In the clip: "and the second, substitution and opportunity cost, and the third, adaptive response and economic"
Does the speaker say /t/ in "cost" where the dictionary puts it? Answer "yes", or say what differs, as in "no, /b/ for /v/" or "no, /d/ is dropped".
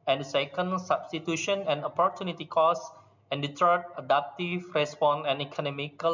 no, /t/ is dropped